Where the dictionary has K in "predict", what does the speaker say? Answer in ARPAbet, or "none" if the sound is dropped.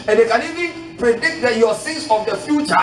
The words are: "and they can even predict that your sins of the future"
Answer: K